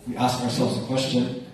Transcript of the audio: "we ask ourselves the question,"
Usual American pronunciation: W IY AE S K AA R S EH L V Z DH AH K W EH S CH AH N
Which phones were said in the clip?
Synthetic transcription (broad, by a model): W IY AE S K AA R S EH L V Z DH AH K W EH S CH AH N